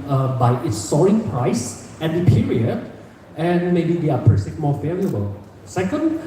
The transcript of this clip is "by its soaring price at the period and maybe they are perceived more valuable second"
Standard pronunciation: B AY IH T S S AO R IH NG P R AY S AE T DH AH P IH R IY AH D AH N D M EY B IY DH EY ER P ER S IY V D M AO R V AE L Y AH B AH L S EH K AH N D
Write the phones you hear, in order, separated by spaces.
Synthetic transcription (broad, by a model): B AY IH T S S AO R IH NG P R AY S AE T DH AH P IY R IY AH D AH N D M EY B IY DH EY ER P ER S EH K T M AO R F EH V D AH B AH L S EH K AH N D